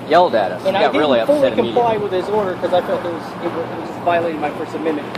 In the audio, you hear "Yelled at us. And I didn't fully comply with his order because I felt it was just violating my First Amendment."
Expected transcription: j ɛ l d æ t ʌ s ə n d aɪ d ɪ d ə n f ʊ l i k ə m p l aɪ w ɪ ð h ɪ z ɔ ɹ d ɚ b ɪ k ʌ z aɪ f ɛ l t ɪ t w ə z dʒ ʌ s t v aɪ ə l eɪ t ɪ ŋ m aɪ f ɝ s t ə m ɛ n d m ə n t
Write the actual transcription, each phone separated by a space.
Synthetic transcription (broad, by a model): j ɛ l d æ t ʌ s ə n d aɪ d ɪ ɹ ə l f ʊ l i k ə m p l aɪ w ɪ ð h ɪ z ɔ ɹ d ɚ k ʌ z aɪ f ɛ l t ɪ t w ə z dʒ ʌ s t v aɪ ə l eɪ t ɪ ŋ m aɪ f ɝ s ə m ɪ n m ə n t